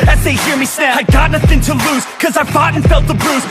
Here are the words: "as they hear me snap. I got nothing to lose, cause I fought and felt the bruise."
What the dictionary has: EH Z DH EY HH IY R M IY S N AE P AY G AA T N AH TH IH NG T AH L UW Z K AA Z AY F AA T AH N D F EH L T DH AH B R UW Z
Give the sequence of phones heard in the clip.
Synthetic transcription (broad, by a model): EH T DH EY HH IY R M IY S N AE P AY G AA T N AH TH IH NG T AH L UW Z K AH Z AY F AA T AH N F EH L T DH AH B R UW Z